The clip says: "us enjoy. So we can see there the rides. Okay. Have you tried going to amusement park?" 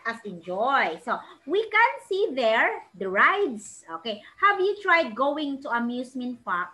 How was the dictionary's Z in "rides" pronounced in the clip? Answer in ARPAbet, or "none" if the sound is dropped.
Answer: S